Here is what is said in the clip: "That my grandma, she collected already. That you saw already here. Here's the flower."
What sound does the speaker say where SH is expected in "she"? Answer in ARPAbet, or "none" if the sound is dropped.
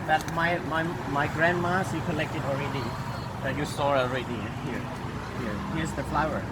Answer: S